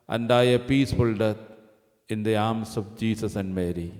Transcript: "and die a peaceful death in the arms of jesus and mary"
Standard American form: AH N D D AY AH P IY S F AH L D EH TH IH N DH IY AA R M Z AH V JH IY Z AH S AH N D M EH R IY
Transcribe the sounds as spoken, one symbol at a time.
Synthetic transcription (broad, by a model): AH N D D AY AH P IY S F AH L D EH T IH N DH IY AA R M S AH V JH IY S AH S AH N D M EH R IY